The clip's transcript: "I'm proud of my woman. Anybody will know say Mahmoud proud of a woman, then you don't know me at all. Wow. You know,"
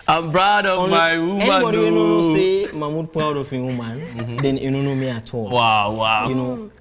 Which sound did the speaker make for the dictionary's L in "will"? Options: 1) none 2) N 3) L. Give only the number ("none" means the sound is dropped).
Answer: 2